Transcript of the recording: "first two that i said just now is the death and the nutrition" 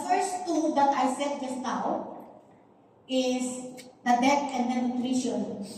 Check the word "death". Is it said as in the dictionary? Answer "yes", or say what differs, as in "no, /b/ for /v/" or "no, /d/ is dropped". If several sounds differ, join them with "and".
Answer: no, /t/ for /θ/